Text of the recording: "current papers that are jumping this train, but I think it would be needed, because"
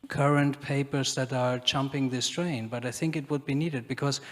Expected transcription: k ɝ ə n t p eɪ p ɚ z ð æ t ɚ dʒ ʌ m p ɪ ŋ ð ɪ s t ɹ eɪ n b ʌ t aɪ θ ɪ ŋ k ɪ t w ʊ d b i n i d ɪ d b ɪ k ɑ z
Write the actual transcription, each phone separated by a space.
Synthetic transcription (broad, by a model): k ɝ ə n t p eɪ p ɚ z ð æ t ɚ tʃ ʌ m p ɪ ŋ ð ɪ s t ɹ eɪ n b ʌ t aɪ θ ɪ ŋ k ɪ t w ʊ d b i n i d ɪ d b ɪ k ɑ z